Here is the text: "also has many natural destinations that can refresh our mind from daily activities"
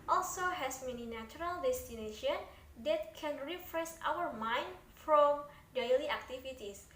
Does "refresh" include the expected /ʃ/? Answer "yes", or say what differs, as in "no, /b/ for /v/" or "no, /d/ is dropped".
no, /s/ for /ʃ/